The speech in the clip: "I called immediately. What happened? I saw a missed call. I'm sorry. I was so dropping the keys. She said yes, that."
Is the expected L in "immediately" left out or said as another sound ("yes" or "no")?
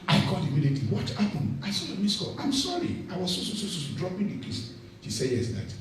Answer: yes